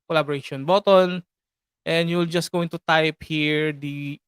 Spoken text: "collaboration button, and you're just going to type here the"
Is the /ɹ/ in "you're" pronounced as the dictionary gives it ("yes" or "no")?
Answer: no